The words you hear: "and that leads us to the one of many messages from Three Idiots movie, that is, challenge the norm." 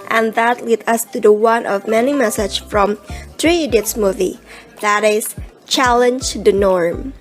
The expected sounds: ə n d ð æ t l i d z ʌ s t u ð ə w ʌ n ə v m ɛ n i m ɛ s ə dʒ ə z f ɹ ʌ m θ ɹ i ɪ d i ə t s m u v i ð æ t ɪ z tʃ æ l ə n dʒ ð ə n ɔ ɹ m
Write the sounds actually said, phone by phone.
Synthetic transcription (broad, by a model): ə n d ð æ t l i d ʌ s t u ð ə w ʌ n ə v m ɛ n i m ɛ s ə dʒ f ɹ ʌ m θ ɹ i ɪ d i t s m u v i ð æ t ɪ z tʃ æ l ə n dʒ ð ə n ɔ ɹ m